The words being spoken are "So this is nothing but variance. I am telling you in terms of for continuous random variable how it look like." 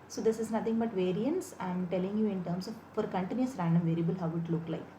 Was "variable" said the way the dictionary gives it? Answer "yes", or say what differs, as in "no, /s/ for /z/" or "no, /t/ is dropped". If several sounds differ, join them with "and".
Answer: yes